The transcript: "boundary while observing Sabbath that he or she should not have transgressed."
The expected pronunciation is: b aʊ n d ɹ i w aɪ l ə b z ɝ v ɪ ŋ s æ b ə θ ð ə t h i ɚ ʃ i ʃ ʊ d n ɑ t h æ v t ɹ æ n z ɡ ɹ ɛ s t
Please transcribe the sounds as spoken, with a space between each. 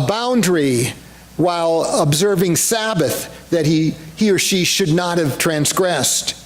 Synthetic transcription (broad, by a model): b aʊ n d ɹ i w aɪ l ə b z ɝ v ɪ ŋ s æ b ə θ ð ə t h i ɚ ʃ i ʃ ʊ d n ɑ t h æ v t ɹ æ n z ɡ ɹ ɛ s t